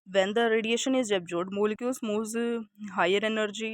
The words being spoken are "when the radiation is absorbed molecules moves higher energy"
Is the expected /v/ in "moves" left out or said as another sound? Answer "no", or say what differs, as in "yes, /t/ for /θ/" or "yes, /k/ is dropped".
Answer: yes, /v/ is dropped